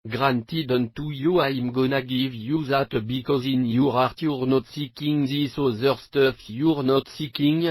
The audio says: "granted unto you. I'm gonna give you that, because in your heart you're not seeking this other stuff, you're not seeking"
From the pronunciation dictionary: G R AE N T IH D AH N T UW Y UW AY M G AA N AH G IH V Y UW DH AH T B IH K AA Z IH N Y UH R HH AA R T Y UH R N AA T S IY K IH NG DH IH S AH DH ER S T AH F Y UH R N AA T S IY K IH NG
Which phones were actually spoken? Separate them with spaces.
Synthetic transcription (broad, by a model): G R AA N T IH D AH N T UW Y UW AY M G AA N AH G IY V Y UW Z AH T B IH K AA Z IH N Y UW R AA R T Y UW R N AA T S IY K IH NG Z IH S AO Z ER S T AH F Y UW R N AA T S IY K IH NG